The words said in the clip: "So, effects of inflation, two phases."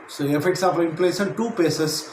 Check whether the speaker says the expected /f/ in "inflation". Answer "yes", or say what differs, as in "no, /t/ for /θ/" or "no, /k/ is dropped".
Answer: no, /p/ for /f/